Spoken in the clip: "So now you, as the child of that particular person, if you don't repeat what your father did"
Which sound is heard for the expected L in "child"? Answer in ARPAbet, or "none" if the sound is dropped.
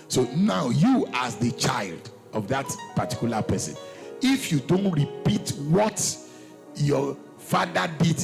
L